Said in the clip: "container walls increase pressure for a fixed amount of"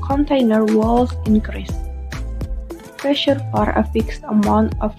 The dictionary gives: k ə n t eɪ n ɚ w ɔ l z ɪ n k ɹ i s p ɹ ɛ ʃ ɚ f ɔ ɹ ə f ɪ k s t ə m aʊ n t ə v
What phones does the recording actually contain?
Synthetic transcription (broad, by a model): k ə n t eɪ n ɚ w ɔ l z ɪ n k ɹ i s p ɹ ɛ ʃ ɚ f ɔ ɹ ə f ɪ k s t ə m aʊ n t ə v